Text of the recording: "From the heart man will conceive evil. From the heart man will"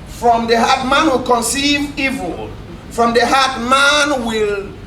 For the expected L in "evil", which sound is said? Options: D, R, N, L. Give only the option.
L